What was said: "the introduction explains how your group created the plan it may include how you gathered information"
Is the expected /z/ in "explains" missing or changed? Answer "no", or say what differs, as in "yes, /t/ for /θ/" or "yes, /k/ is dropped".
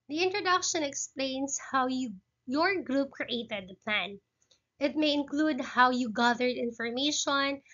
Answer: yes, /s/ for /z/